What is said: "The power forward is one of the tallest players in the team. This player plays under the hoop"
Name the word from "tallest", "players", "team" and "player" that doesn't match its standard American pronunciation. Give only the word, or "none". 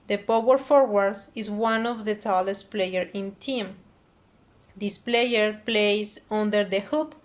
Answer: players